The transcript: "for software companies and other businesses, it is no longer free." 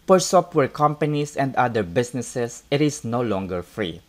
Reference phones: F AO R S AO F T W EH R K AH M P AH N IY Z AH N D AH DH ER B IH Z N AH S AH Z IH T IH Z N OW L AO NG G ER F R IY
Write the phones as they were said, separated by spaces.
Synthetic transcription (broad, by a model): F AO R S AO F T W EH R K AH M P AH N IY S AH N D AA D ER B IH S N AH S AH S IH T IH S N OW L AO NG G ER F R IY